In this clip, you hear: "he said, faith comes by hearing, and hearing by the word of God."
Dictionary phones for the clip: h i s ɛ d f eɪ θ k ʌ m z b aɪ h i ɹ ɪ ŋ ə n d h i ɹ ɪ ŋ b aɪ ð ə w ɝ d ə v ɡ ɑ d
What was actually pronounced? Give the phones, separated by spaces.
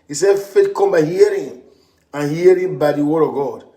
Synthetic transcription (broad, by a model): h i s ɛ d f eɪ t k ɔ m b aɪ h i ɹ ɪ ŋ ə n h i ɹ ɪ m b aɪ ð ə w ɝ d ə v ɡ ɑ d